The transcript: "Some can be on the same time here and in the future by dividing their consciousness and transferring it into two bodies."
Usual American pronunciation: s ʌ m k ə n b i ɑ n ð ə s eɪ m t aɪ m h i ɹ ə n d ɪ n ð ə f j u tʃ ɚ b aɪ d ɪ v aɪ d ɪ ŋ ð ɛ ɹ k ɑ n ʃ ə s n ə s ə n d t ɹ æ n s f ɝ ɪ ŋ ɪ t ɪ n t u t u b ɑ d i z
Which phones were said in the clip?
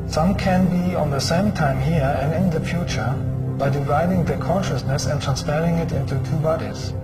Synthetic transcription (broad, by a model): s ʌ m k ə n b i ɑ n ð ə s eɪ m t aɪ m h i ɹ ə n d ɪ n ð ə f j u tʃ ɚ b aɪ d ɪ v aɪ d ɪ ŋ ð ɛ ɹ k ɑ n ʃ ə s n ə s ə n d t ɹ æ n s p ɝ ɪ ŋ ɪ t ɪ n t u t u b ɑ d i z